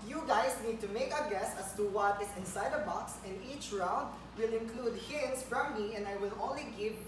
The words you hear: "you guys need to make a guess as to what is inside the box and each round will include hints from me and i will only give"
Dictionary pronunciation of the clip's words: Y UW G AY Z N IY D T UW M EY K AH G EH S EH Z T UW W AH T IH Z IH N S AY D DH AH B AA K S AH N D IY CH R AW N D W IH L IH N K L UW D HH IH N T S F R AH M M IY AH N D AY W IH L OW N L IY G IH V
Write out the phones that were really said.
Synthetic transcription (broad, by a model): Y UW G AY S N IY D T UW M EY K AH G EH S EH S T UW W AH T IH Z IH N S AY D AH B AA K S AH N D IY CH R AW N D W IH L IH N K L UW D HH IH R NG S F R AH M M IY AH N D AY W IH L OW L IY G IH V